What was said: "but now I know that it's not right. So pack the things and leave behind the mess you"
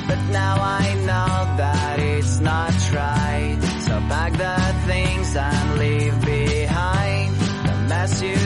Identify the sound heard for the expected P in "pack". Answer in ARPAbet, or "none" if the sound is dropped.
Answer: B